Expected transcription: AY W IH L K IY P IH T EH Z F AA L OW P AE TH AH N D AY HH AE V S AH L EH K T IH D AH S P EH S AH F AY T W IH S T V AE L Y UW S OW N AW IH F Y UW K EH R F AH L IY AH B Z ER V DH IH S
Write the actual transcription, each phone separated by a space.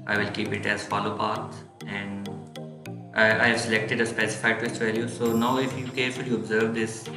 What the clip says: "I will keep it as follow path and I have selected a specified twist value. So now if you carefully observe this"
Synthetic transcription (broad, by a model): AY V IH L K IY P IH T EH Z F AA L OW P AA T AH N D AY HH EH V S AH L EH K T IH D AH S P EH S AH F AY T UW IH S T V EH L Y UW S OW N AW IH F Y UW K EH R F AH L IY AH B Z ER V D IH S